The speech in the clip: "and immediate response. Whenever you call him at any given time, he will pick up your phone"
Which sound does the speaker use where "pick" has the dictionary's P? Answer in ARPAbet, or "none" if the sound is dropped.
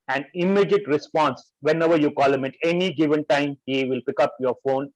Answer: P